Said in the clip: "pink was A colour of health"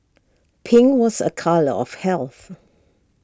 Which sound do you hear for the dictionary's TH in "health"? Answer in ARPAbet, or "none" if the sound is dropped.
TH